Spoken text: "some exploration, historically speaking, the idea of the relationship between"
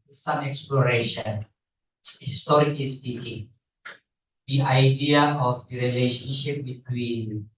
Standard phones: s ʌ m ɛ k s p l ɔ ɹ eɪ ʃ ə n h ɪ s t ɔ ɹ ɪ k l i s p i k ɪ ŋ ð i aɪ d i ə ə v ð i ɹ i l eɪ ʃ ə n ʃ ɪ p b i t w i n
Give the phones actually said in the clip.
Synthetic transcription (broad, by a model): s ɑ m ɛ k s p l ɔ ɹ eɪ ʃ ə n h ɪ s t ɔ ɹ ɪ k i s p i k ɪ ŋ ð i aɪ d i ə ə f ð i ɹ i l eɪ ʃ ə n ʃ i p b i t w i n